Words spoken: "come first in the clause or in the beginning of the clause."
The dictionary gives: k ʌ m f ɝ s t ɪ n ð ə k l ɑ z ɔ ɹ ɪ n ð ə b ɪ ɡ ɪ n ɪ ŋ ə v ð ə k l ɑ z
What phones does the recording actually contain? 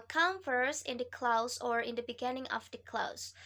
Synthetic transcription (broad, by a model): k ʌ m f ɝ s ɪ n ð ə k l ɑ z ɔ ɹ ɪ n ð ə b ɪ ɡ ɪ n ɪ ŋ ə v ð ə k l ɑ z